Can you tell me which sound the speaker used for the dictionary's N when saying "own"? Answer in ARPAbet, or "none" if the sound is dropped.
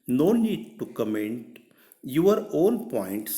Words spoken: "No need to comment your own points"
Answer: L